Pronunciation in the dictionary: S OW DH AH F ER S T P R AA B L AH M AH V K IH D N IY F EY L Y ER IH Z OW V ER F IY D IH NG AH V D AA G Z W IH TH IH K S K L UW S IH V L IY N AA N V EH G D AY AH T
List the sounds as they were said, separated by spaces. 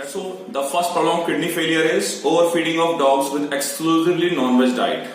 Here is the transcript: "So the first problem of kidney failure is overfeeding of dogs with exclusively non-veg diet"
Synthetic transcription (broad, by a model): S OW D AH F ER S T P R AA L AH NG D K IH D N IY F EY L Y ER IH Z OW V ER F IY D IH NG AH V D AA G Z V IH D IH K S K L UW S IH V L IY N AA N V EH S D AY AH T